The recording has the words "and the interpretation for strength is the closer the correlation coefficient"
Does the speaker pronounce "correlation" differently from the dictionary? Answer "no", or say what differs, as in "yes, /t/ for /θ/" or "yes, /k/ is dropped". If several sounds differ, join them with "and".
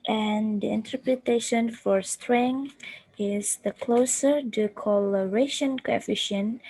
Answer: yes, /l/ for /ɹ/